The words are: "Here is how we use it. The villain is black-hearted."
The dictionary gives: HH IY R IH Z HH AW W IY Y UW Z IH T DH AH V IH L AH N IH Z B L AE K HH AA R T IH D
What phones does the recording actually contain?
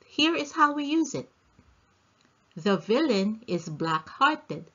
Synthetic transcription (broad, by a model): HH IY R IH Z HH AW W IY Y UW Z IH T DH AH V IH L AH N IH Z B L AE K HH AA R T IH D